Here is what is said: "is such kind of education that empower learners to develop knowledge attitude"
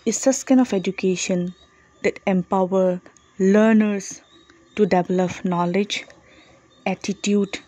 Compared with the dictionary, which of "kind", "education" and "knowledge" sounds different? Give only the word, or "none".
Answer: kind